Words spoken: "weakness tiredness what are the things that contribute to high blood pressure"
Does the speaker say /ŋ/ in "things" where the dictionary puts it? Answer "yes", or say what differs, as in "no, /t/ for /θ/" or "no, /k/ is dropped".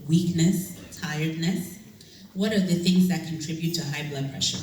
yes